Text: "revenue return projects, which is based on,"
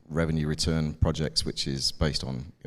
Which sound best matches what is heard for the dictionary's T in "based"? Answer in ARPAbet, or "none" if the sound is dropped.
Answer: T